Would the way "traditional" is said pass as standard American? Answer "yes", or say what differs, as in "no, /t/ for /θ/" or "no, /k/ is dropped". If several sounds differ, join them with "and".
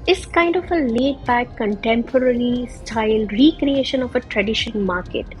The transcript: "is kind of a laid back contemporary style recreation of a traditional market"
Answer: no, /n/ is dropped and /n/ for /l/